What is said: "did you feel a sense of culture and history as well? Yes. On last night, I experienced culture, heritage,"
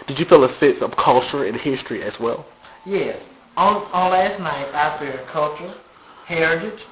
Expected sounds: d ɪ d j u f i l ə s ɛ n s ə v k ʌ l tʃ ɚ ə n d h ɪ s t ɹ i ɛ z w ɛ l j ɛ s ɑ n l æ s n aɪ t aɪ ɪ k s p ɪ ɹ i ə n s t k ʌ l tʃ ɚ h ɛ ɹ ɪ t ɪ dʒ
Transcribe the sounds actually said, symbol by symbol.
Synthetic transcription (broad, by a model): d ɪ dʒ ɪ f i l ə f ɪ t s ə v k ʌ l tʃ ɚ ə n h ɪ s t ɹ i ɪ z w ɛ l j ɛ s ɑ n l æ s n aɪ t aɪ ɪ s f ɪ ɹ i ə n k ʌ l tʃ ɚ h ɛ ɹ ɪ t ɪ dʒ